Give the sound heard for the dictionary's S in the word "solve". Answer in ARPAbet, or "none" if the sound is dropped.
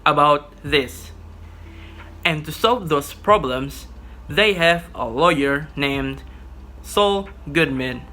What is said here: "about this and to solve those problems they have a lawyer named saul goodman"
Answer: S